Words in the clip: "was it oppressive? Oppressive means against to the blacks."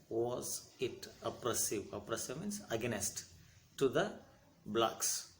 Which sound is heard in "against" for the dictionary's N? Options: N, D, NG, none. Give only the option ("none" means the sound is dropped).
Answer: none